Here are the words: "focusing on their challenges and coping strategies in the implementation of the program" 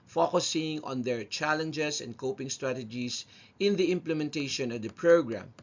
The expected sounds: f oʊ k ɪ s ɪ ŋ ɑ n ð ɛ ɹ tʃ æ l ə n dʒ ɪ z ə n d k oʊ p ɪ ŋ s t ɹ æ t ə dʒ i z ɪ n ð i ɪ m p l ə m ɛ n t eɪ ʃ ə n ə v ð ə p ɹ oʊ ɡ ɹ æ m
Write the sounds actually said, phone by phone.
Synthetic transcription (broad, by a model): f oʊ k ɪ s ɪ ŋ ɑ n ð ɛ ɹ tʃ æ l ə n dʒ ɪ s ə n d k oʊ p ɪ ŋ s t ɹ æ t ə dʒ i s ɪ n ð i ɪ m p l ə m ɛ n t eɪ ʃ ə n ə v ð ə p ɹ oʊ ɡ ɹ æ m